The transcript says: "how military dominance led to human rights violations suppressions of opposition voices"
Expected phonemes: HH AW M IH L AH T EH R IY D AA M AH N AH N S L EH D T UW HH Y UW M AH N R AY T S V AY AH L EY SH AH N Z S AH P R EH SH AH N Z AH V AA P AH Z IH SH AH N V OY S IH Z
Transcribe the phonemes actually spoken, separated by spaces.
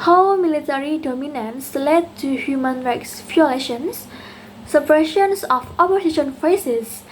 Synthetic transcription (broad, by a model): HH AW M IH L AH T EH R IY D AA M AH N AH N S L EH D T UW HH Y UW M AH N R AY T S F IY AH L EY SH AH N S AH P R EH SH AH N S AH F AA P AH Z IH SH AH N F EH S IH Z